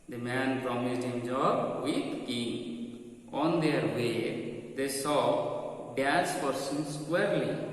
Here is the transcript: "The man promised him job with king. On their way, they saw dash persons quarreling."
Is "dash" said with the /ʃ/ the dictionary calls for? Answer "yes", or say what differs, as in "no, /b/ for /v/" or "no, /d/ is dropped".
no, /s/ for /ʃ/